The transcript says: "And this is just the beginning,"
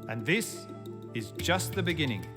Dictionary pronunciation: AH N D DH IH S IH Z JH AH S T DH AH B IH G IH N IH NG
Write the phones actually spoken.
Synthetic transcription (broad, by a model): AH N DH IH S IH Z JH AH S T DH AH B IH G IH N IH NG